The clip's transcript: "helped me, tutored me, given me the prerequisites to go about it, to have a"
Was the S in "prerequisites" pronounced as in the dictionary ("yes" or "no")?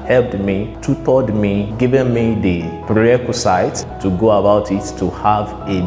no